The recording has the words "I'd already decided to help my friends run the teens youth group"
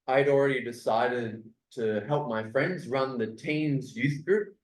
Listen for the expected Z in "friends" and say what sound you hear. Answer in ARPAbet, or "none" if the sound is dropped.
Z